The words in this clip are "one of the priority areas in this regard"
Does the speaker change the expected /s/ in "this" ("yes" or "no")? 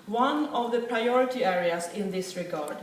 no